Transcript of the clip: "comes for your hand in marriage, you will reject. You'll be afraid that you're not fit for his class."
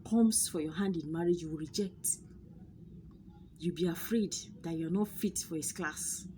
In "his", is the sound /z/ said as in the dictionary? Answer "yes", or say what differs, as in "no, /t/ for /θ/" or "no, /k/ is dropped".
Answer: no, /s/ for /z/